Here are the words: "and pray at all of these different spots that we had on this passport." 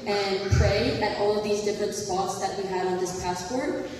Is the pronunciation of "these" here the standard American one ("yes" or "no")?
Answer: yes